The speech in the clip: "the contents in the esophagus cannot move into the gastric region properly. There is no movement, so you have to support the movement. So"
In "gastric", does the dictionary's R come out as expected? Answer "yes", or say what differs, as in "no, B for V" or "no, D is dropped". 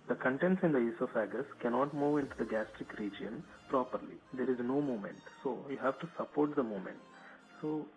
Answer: yes